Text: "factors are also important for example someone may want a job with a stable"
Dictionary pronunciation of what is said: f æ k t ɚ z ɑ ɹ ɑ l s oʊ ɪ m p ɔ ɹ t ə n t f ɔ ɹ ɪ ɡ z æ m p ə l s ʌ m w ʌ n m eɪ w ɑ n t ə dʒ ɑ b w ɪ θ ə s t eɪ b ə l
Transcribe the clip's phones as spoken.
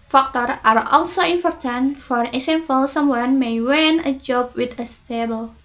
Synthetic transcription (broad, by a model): f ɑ k t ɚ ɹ ɑ ɹ ɑ l s oʊ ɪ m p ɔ ɹ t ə n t f ɔ ɹ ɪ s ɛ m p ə l s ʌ m w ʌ n m eɪ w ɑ n ə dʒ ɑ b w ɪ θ ə s t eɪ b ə l